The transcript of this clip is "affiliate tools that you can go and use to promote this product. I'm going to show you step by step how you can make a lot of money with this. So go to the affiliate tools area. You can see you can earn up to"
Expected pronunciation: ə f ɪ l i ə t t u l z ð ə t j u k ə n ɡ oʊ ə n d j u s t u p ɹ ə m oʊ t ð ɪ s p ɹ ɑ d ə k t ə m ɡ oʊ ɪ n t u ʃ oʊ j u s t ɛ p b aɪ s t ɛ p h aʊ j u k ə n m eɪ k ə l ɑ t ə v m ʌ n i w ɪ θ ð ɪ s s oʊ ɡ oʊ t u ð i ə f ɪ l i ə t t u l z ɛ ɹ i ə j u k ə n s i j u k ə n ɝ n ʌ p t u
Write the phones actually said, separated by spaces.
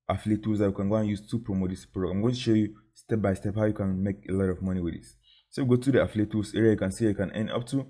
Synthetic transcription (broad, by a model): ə f l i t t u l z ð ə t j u k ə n ɡ oʊ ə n j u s t u p ɹ ə m oʊ t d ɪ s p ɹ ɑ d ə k ə m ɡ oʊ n t u ʃ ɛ j u s t ɛ p b aɪ s t ɛ p h aʊ j u k ə n m eɪ k ə l ɑ t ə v m ʌ n i w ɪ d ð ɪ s s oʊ ɡ oʊ t u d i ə f l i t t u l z ɛ ɹ i ə j u k ə n s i j u k ə n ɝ n ʌ p t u